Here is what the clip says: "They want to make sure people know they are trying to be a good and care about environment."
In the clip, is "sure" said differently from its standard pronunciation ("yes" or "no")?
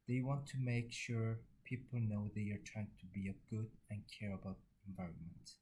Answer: no